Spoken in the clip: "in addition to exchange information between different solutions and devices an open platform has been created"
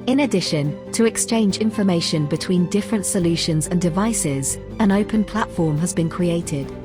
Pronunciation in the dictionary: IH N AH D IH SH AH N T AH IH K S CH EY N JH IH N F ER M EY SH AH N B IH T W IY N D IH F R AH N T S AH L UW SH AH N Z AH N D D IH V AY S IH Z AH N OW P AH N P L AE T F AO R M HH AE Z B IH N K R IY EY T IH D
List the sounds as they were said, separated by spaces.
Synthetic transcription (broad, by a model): IH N AH D IH SH AH N T AH IH K S CH EY N JH IH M F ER M EY SH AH N B IH T W IY N D IH F R AH N T S AH L UW SH AH N Z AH N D D IH V AY S IH Z AH N OW P AH N P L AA T F AO M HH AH Z B IH N K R IY EY T IH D